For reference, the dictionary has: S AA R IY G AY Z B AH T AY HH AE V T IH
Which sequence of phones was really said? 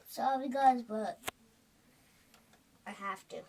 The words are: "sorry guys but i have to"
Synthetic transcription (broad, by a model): S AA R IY G AY Z B AH T AY HH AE F T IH